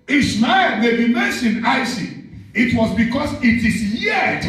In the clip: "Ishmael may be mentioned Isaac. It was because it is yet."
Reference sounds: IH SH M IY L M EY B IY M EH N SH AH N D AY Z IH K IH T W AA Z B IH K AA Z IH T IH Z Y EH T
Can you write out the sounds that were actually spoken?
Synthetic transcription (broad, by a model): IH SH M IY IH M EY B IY M EH N SH AH N D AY S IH IH T W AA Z B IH K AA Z IH T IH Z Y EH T